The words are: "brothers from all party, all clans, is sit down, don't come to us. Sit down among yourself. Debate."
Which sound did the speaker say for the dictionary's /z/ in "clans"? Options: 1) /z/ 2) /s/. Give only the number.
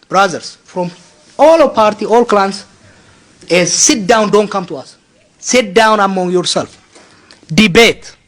2